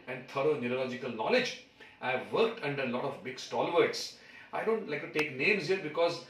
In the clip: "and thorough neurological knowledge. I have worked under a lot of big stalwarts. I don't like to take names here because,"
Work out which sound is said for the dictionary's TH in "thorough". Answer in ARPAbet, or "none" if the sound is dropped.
T